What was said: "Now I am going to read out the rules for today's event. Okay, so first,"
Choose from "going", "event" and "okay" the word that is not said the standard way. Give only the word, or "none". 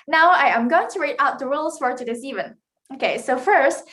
event